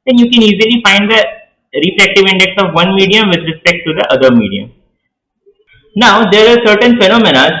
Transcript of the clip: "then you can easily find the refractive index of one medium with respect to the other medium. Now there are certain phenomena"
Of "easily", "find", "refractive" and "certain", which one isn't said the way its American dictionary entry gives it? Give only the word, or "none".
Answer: refractive